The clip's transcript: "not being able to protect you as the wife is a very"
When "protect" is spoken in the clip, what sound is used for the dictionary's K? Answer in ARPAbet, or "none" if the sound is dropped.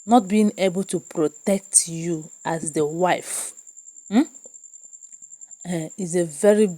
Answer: K